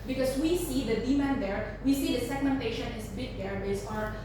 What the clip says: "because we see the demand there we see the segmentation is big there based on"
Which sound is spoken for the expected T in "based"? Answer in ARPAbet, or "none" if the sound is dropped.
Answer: none